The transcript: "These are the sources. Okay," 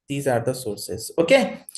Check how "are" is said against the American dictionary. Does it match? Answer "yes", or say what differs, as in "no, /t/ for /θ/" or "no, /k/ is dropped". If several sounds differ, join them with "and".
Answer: yes